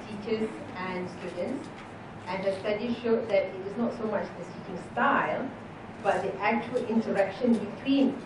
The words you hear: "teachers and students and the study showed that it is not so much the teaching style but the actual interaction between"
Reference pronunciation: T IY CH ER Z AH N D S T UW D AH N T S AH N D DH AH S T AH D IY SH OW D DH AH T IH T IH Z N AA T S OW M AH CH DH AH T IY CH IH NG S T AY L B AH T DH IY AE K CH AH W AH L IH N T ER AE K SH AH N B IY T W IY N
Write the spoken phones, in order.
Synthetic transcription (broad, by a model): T IY CH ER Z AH N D S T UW D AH N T S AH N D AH S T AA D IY SH OW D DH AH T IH T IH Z N AA T S OW M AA CH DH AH S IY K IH NG S T AY L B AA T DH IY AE K CH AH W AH L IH N T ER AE K SH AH N B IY T W IY N